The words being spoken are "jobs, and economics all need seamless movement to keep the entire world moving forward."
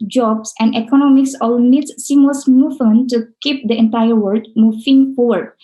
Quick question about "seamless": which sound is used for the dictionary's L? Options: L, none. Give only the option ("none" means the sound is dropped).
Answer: none